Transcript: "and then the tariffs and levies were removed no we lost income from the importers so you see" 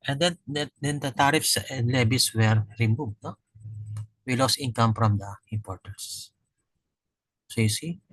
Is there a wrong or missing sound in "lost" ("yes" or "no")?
yes